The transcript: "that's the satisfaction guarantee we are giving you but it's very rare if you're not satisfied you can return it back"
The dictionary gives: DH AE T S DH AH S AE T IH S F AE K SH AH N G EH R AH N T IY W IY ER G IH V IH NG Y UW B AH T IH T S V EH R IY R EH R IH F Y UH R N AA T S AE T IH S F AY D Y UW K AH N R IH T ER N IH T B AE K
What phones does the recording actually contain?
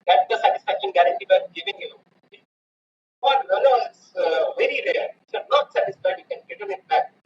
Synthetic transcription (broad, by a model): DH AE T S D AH S AE T IH S F AE K SH AH N G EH R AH N T IY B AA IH G IH V IH NG Y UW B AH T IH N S V EH R IY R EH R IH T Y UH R N AA T S AE T IH S F AY D Y UW K AH N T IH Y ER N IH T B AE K